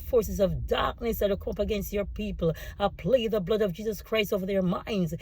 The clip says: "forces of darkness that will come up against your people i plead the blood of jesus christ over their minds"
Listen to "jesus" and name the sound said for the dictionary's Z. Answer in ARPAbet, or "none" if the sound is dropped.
Z